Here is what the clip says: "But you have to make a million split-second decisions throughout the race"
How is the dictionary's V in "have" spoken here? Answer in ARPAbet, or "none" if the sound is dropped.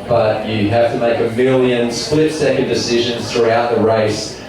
F